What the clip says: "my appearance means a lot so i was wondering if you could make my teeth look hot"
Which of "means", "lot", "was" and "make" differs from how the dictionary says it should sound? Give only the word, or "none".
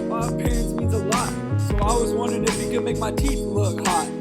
means